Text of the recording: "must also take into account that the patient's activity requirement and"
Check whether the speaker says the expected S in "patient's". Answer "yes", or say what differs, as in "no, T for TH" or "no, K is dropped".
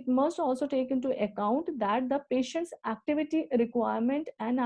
yes